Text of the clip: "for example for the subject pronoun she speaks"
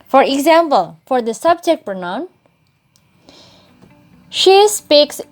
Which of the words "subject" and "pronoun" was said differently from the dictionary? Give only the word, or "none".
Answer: pronoun